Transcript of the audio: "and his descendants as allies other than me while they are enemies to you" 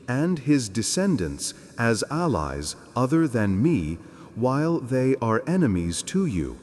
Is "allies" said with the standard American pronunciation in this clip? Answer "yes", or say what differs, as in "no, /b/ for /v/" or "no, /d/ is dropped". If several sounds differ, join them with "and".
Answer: yes